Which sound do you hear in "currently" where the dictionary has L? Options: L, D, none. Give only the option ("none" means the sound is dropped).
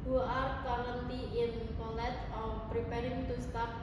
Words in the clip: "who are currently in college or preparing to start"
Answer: none